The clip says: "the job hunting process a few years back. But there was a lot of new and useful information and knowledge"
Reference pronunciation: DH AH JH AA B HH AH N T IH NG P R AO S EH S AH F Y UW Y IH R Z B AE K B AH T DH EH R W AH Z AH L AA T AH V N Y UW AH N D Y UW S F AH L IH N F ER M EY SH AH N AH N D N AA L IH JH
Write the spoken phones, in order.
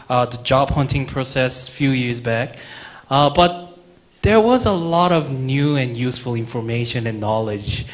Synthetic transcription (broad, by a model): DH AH JH AA B HH AH N T IH NG P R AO S EH S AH F Y UW Y IH R Z B AE K B AH T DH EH R W AH Z AH L AA T AH V N Y UW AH N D Y UW S F AH L IH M F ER M EY SH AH N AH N N AA L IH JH